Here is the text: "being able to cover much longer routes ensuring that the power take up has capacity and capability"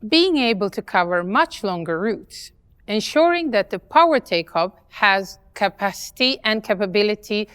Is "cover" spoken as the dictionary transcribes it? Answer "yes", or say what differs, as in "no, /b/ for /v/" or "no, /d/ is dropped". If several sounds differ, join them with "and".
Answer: yes